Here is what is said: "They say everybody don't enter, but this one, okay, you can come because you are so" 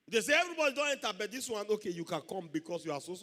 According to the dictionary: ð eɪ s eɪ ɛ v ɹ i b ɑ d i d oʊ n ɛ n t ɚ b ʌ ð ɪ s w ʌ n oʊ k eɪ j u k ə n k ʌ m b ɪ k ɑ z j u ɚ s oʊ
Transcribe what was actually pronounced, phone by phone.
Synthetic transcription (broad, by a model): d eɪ s eɪ ɛ v ɹ i b ɑ d i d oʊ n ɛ n t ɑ b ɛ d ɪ s w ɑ n oʊ k eɪ j u k ə n k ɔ m b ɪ k ɑ s j u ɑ s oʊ